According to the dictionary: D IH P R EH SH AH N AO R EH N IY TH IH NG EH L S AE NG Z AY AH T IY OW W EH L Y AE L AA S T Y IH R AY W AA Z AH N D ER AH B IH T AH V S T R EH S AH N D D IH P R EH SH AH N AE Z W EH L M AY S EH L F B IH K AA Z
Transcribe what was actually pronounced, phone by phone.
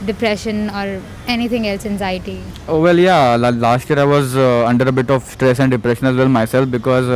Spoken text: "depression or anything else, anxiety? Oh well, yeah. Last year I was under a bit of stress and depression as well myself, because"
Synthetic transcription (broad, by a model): D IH P R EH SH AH N AO R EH N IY T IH NG EH L S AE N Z AY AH T IY OW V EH L Y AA L AA S T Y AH R AY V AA Z AH N D ER AH B IH T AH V S T R EH S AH N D D IH P R EH SH AH N AE Z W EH L M AY S EH L F B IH K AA Z